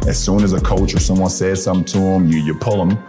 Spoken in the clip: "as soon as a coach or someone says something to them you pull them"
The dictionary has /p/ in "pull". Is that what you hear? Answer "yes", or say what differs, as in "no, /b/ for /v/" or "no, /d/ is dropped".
yes